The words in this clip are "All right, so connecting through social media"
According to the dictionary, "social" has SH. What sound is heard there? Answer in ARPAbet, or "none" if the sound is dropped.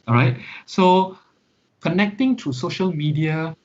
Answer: SH